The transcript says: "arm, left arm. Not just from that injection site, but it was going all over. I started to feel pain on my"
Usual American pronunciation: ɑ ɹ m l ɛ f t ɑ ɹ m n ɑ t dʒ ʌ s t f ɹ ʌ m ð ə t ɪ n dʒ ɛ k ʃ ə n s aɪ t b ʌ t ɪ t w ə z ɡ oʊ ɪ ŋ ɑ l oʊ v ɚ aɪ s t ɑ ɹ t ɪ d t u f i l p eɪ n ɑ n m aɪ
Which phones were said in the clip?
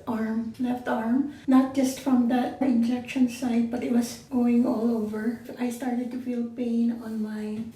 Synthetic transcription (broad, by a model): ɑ ɹ m l ɛ f t ɑ ɹ m n ɑ t dʒ ʌ s t f ɹ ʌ m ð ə t ɪ n dʒ ɛ k ʃ ə n s aɪ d b ʌ t ɪ t w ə s ɡ oʊ ɪ ŋ ɑ l oʊ v ɚ aɪ s t ɑ ɹ t ɪ d t u f i l p eɪ n ɑ n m aɪ